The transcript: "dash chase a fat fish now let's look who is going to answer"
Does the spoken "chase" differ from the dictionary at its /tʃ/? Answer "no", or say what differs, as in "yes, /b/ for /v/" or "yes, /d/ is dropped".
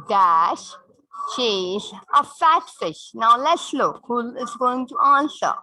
yes, /ʃ/ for /tʃ/